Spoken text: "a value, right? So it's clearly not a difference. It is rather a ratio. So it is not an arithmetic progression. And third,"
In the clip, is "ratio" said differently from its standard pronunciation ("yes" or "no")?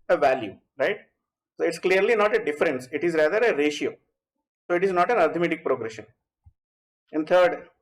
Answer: no